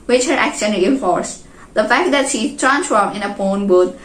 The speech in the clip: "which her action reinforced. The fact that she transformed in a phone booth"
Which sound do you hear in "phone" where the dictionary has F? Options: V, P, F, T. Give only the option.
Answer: P